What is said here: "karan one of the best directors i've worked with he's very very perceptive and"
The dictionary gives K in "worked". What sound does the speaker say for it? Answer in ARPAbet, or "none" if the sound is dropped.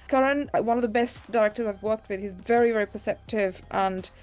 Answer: K